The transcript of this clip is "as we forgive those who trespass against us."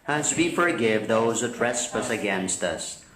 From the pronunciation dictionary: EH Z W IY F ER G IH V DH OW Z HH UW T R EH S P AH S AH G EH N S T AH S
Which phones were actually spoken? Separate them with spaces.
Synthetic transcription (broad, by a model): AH Z W IY F ER G IH V DH OW Z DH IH T R EH S P AH S AH G EH N S T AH S